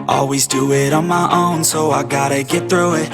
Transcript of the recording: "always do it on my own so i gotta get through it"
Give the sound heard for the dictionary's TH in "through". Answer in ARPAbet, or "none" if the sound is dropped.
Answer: TH